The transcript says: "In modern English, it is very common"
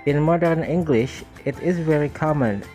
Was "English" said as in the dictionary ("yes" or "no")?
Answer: yes